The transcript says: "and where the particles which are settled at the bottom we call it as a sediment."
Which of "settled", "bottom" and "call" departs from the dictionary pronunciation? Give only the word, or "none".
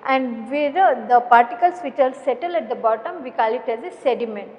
settled